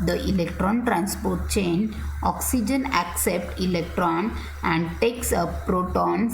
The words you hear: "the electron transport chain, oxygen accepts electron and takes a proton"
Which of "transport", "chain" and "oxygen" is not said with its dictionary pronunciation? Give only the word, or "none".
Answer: none